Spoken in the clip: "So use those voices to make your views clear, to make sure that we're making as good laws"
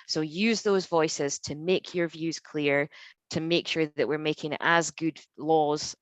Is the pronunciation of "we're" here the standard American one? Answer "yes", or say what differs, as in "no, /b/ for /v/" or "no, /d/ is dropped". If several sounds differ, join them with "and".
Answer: yes